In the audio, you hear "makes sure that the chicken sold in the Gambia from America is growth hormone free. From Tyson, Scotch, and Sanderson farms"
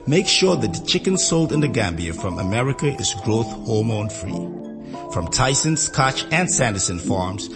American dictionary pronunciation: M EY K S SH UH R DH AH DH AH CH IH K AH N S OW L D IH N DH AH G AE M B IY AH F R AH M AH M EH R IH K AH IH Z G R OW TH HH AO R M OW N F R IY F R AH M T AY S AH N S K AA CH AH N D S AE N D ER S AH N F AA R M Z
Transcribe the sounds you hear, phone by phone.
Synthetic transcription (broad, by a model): M EY K SH UH R DH AH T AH CH IH K AH N S OW L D IH N DH AH G AE M B IY AH F R AH M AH M EH R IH K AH IH Z G R OW TH HH AO R M OW N F R IY F R AH M T AY S AH N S K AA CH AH N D S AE N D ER S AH N F AA R M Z